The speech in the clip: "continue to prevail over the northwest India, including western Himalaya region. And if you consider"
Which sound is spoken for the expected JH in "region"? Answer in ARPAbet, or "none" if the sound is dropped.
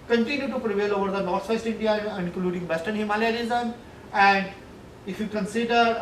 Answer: Z